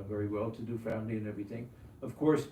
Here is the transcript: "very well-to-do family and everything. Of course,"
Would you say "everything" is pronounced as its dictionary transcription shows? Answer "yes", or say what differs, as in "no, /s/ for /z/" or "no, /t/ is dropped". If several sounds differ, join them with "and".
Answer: yes